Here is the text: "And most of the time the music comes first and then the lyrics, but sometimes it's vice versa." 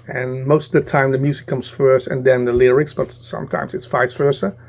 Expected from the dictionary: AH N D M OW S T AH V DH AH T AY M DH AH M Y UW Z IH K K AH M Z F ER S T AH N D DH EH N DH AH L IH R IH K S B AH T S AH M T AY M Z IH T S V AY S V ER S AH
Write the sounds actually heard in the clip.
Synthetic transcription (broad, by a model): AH N M OW S T AH V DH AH T AY M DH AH M Y UW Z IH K K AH M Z F ER S T AH N D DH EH N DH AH L IH R IH K S B AH T S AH M T AY M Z IH T S F AY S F ER S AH